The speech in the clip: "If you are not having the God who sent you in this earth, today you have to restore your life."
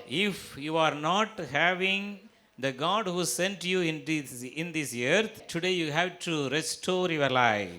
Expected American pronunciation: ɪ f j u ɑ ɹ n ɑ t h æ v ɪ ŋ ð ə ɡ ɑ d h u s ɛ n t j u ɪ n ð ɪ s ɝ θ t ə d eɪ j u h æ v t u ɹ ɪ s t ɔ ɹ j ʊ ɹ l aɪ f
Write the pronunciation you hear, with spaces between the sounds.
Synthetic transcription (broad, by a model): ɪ f j u ɑ ɹ n ɑ t h æ v ɪ ŋ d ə ɡ ɑ d h u s ɛ n t j u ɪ n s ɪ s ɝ t t ə d eɪ j u h æ v t u ɹ ɪ s t ɔ ɹ j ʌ ɹ l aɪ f